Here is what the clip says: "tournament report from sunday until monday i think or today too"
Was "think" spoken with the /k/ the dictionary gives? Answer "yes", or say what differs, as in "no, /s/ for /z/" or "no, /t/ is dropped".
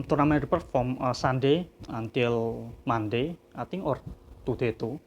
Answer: no, /k/ is dropped